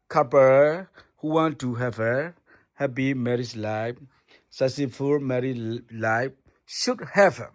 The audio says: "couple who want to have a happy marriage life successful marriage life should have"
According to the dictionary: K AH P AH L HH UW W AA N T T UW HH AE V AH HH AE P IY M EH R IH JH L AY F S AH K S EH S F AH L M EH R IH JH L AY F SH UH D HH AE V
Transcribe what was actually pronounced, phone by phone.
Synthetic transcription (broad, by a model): K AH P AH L HH UW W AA N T T UW HH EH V AH HH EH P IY M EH R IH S L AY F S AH S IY F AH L M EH R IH L AY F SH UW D HH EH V